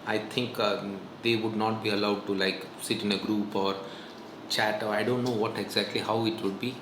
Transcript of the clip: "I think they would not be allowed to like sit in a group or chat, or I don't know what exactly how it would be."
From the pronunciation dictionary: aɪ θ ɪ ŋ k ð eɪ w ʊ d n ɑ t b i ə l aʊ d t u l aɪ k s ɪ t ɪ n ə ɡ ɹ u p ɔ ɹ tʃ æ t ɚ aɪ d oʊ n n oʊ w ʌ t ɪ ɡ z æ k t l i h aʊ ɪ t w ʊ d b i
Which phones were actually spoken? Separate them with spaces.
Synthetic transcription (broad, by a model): aɪ t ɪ ŋ k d eɪ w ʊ d n ɑ t b i ə l aʊ d t u l aɪ k s ɪ t ɪ n ə ɡ ɹ u p ɔ ɹ tʃ æ t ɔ aɪ d oʊ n n oʊ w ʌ t ɪ ɡ z æ k t l i h aʊ ɪ t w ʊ d b i